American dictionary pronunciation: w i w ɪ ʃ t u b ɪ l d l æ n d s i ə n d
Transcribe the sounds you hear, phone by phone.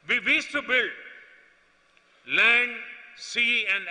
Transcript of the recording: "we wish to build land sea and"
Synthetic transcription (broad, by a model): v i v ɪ s t u b ɪ l d l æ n d s i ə n d